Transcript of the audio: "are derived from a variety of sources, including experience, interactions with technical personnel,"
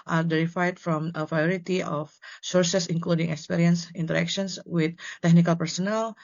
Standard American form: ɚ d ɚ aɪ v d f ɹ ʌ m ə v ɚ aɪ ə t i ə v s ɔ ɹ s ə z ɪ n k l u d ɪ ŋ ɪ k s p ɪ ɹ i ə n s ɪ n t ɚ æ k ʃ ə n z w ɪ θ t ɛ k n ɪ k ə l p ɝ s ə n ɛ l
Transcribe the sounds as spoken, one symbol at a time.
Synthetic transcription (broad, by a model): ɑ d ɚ aɪ d f ɹ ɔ m ə p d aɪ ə t i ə f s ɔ ɹ s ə s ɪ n k l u d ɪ ŋ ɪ k s p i ɹ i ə n s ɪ n t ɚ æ k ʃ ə n s w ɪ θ t ɛ k n ɪ k ə l p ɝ s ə n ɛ l